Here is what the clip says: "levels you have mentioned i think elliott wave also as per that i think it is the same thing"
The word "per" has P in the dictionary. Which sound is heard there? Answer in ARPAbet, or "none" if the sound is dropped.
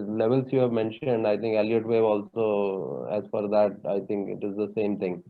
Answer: F